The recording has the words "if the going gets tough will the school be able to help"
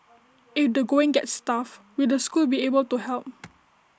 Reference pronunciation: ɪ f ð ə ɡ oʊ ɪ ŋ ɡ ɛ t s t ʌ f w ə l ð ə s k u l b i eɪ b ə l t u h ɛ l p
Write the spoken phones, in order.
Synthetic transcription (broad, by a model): ɪ f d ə ɡ oʊ ɪ ŋ ɡ ɛ t s t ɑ f w ə l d ə s k u l b i eɪ b ə l t u h ɛ l p